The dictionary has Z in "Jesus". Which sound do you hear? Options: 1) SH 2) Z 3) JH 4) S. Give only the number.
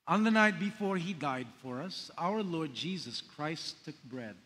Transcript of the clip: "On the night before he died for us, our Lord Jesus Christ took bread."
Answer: 2